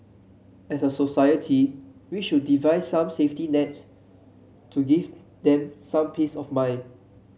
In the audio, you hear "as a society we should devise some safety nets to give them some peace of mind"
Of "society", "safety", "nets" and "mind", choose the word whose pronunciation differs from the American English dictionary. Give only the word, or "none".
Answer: mind